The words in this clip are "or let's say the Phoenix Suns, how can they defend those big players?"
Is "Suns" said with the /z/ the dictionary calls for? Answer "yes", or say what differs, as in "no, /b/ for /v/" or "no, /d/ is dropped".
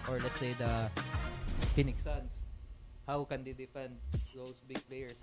no, /s/ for /z/